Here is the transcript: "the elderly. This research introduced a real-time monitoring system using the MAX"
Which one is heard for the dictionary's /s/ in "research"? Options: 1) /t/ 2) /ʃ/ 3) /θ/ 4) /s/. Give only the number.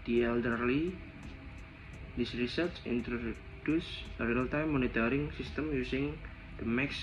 4